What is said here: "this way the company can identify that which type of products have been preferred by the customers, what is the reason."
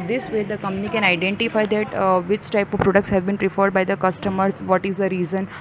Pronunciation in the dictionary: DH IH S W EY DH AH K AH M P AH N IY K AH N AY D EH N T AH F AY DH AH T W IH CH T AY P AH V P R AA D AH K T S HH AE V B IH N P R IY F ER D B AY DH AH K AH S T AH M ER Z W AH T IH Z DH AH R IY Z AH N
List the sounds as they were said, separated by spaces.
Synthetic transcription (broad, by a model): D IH S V EY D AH K AH M P AH N IY K AH N AY D EH N T AH F AY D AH T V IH CH T AY P AH V P R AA D AH K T S HH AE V B IH N P R IY F ER D B AY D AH K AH S T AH M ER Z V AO T IH Z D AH R IY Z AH N